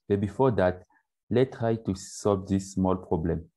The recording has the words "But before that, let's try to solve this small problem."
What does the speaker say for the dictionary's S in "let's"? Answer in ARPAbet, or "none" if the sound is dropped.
none